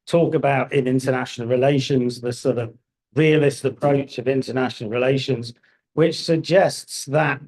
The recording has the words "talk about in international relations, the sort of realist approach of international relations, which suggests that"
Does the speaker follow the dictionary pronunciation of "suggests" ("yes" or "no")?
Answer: yes